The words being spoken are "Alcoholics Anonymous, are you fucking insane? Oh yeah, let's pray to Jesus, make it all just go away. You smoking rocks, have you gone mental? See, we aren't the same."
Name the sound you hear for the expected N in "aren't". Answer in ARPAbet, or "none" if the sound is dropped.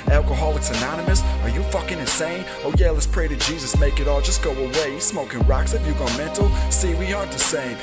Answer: none